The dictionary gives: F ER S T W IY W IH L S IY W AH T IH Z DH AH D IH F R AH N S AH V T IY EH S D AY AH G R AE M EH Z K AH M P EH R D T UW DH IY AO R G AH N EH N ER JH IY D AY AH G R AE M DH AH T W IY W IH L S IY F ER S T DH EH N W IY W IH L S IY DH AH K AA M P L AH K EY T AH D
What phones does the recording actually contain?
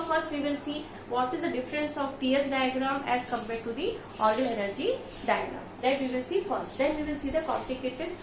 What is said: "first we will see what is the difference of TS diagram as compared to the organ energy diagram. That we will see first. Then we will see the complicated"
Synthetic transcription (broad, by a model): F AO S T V IY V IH L S IY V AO T IH Z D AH D IH F R AH N S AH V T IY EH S D AY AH G R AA M EH Z K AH M P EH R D T UW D IY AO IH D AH L EH N ER JH IY D AY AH G R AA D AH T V IY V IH L S IY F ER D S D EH N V IY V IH L S IY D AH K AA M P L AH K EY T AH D